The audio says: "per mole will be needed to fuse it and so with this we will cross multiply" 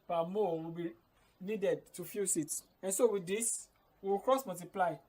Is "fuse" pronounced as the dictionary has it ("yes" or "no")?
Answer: no